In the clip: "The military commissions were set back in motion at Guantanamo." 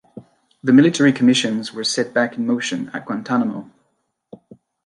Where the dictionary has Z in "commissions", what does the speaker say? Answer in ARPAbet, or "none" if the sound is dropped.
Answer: Z